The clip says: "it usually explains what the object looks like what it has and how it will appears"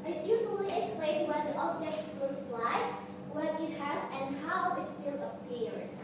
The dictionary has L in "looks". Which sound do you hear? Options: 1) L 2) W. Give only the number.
2